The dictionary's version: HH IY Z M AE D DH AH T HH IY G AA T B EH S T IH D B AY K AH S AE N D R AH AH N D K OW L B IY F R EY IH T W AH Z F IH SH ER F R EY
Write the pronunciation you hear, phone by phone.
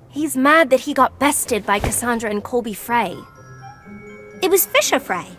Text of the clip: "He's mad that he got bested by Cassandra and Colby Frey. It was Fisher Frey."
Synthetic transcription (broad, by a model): HH IY Z M AE D DH AH T HH IY G AA T B EH S T IH D B AY K AH S AE N D R AH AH N K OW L B IY F R EY IH T W AH Z F IH SH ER F R EY